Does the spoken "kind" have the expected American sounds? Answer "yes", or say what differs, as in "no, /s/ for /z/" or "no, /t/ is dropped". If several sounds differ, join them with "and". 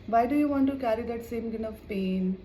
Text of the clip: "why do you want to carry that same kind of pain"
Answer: no, /d/ is dropped